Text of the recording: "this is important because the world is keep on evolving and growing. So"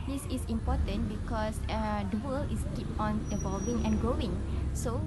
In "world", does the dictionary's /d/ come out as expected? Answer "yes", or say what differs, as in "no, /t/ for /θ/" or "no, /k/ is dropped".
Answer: no, /d/ is dropped